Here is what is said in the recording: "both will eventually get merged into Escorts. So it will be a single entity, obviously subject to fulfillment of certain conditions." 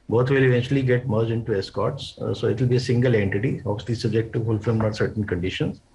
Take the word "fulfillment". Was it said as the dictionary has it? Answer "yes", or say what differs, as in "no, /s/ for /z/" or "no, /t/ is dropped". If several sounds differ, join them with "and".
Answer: no, /n/ is dropped